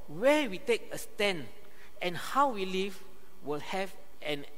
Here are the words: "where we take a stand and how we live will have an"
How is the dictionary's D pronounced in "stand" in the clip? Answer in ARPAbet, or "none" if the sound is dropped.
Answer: none